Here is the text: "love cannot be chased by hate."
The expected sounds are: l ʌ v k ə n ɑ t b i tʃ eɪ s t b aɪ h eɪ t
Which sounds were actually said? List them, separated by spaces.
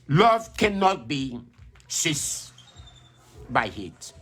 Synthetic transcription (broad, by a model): l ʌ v k ə n ɑ t b i s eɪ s b aɪ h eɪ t